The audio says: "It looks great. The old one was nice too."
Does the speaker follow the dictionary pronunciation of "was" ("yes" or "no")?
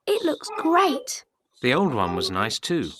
yes